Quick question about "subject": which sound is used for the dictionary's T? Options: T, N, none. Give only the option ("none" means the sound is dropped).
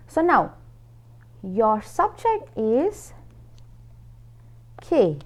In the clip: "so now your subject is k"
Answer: T